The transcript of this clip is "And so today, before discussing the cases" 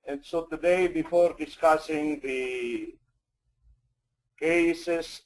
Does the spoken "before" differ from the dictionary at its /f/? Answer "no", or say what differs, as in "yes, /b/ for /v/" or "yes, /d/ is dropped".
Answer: no